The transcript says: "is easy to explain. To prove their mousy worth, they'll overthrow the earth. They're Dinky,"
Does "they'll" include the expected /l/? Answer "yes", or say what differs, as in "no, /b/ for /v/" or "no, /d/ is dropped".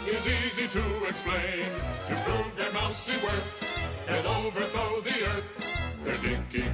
no, /n/ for /l/